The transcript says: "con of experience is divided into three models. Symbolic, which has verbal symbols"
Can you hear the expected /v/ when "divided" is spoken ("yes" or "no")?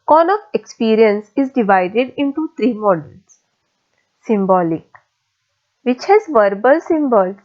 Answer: yes